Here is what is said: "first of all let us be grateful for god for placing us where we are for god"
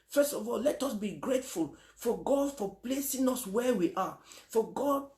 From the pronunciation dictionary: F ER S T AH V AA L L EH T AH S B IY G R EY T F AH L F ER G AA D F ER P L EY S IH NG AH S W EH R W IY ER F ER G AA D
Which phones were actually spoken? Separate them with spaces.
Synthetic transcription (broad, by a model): F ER S T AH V AA L L EH T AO S B IY G R EY T F AH L F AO G AA D F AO P L EY S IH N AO S W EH W IY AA F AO G AA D